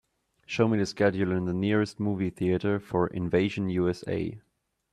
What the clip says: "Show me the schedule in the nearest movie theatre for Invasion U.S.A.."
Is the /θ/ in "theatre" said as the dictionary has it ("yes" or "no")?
yes